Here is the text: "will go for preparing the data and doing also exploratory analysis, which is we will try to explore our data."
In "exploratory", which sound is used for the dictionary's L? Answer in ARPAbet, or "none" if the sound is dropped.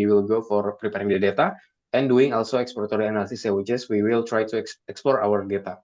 none